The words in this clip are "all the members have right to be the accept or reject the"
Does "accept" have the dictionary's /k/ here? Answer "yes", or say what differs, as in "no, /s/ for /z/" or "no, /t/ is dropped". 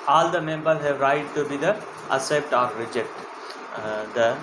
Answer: no, /k/ is dropped